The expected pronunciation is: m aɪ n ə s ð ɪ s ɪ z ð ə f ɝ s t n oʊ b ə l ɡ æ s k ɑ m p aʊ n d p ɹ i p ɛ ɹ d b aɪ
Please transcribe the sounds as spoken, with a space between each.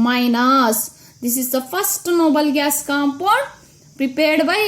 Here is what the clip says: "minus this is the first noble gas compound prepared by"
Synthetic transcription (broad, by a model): m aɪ n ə s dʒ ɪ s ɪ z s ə p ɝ s t n oʊ b ə l ɡ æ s k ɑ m p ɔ d p ɹ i p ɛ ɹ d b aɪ